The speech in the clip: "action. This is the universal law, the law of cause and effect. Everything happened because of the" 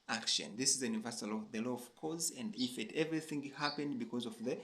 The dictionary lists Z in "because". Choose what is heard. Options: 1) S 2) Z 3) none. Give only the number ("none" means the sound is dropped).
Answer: 2